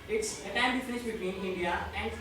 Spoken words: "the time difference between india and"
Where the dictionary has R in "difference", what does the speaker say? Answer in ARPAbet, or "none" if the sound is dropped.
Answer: none